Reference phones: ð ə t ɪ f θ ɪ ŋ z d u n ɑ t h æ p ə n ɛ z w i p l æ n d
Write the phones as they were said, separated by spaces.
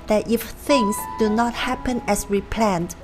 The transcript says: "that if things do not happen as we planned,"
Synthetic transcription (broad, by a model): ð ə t ɪ f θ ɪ ŋ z d u n ɑ t h æ p ə n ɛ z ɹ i p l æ n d